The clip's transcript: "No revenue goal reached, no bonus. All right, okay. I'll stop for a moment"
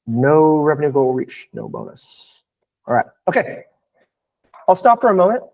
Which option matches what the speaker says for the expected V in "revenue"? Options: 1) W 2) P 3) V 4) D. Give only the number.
3